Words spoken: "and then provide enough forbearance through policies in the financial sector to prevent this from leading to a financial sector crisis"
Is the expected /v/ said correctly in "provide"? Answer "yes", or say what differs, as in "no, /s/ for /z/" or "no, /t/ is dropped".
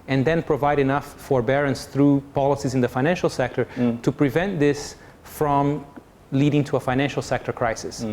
yes